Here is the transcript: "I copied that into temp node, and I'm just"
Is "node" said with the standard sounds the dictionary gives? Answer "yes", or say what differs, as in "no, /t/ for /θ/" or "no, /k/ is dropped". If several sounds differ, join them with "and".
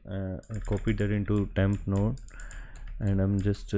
no, /d/ is dropped